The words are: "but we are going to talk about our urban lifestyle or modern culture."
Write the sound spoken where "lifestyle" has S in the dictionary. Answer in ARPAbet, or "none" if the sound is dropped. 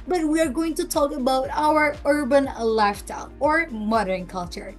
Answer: none